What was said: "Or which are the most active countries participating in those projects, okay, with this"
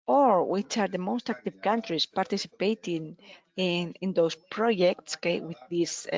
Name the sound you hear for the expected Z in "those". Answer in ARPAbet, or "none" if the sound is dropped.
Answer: S